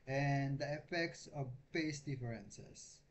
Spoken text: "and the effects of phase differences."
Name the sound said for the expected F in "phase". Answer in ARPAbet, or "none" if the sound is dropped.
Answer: P